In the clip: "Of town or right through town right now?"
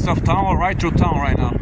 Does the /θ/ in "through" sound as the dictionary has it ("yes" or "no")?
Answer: no